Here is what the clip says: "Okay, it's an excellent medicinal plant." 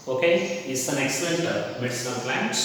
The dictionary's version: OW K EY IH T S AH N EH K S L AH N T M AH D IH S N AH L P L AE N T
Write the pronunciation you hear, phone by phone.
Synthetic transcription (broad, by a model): OW K EY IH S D AH N EH K S L AH N T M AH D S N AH N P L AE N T